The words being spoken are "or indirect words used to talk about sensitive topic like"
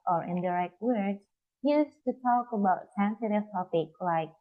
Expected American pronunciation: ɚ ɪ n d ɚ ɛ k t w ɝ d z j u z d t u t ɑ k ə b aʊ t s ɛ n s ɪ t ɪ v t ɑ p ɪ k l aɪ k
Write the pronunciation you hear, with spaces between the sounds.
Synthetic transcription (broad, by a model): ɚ ɪ n d ɚ ɛ k t w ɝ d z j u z t u t ɑ k ə b aʊ t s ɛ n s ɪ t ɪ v t ɑ p ɪ k l aɪ k